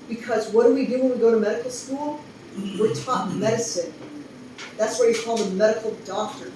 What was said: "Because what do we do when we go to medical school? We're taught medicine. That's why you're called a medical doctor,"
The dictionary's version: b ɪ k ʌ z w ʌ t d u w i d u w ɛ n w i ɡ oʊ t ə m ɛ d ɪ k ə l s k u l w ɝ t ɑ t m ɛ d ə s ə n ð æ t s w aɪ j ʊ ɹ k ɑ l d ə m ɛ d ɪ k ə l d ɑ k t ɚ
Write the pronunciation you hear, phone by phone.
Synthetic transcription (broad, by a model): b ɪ k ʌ z w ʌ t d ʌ w i d u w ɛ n w i ɡ oʊ t ə m ɛ d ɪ k l s k u l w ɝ t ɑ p m ɛ d ə s ə n ð æ t s w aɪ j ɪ k ɑ l ə m ɛ d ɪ k l d ɑ k t ɚ